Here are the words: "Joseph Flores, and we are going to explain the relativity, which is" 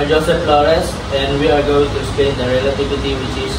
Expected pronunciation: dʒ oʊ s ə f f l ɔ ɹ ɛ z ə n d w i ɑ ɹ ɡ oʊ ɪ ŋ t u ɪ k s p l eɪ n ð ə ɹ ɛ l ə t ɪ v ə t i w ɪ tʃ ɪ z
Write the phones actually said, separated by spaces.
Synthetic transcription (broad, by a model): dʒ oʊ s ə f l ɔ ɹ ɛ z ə n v i ɑ ɹ ɡ oʊ ɪ ŋ t u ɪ s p eɪ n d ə ɹ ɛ l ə t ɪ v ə t i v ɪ tʃ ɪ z